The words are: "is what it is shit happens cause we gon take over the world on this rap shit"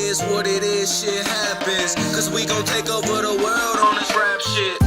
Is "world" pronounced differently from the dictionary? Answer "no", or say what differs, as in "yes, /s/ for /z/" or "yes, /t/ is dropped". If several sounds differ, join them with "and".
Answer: no